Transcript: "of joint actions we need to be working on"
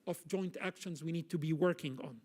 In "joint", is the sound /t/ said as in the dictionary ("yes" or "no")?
yes